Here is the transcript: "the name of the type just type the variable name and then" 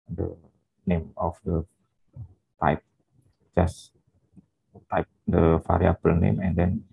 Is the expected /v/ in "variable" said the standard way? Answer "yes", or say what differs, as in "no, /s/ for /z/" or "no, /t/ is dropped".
no, /f/ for /v/